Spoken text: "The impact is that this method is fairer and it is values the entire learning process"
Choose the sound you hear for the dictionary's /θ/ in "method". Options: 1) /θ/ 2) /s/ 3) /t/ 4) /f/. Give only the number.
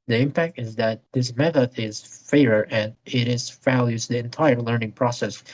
1